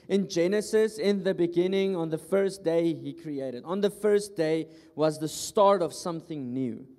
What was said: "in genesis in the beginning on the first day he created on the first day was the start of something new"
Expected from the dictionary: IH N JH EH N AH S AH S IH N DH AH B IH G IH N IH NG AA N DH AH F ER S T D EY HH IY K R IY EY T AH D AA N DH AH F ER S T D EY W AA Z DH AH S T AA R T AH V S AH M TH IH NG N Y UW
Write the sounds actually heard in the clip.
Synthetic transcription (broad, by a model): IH N JH EH N AH S AH S IH N DH AH B IH G IH N IH NG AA N DH AH F ER S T D EY HH IY K R IY EY T AH D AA N DH AH F ER S T D EY W AA Z DH AH S T AA R T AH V S AH M TH IH NG N Y UW